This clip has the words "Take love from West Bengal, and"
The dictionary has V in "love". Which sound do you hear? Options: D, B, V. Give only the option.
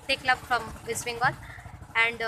B